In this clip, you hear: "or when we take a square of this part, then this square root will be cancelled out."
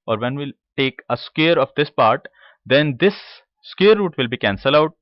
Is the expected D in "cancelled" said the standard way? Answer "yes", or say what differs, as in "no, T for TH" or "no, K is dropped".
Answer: no, D is dropped